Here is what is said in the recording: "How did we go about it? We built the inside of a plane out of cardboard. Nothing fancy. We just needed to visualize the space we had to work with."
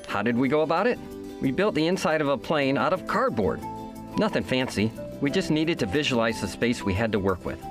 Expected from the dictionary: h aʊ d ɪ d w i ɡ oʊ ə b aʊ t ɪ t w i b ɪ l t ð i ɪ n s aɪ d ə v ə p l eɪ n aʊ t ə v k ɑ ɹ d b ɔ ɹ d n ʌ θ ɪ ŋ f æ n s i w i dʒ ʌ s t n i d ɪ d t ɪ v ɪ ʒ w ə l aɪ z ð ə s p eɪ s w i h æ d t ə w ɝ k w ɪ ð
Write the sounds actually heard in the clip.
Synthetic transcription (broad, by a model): h aʊ d ɪ d w i ɡ oʊ ə b aʊ t ɪ t w i b ɪ l t ð i ɪ n s aɪ d ə v ə p l eɪ n aʊ t ə v k ɑ ɹ d b ɔ ɹ d n ʌ θ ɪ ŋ f æ n s i w i dʒ ʌ s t n i d ɪ d t ɪ v ɪ ʒ w ə l aɪ z ð ə s p eɪ s w i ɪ d t ə w ɝ k w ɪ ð